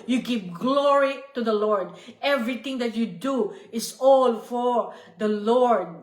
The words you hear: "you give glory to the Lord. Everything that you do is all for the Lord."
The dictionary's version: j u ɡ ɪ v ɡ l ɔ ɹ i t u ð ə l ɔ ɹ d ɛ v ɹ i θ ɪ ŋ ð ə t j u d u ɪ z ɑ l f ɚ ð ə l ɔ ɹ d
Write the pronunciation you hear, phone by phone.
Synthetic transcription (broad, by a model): j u ɡ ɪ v ɡ l ɔ ɹ i t u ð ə l ɔ ɹ d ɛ v ɹ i t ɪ ŋ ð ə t j u d u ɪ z ɑ l f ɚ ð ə l ɔ ɹ d